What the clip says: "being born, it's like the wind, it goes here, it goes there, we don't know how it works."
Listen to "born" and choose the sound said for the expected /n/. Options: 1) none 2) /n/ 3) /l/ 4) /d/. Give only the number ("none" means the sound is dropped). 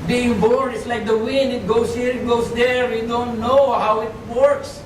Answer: 1